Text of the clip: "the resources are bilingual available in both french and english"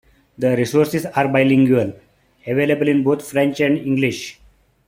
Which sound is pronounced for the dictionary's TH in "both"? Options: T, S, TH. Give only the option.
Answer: T